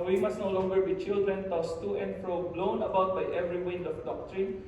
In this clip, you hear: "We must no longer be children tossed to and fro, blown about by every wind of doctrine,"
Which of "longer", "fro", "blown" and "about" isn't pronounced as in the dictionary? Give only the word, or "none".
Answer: none